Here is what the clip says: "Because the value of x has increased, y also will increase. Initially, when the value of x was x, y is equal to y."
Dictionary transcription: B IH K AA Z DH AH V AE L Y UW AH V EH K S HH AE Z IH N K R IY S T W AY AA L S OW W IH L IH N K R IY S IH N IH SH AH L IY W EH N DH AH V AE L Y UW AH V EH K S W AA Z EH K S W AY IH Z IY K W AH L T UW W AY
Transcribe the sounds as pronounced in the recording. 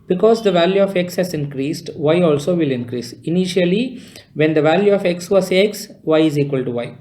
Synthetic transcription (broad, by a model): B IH K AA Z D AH V AE L Y UW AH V EH K S HH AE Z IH N K R IY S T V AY AA L S OW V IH L IH N K R IY S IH N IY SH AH L IY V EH N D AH V AE L Y UW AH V EH K S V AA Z EH K S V AY IH Z IY K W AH L T UW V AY